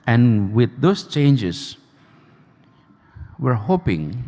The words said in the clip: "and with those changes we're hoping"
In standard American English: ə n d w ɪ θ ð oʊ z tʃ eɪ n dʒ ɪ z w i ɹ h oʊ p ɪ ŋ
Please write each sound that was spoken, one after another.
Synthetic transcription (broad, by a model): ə n w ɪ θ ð oʊ s tʃ eɪ n dʒ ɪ s w i ɹ h oʊ p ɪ ŋ